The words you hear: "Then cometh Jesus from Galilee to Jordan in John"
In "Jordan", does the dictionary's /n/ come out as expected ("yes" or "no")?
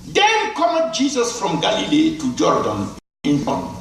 yes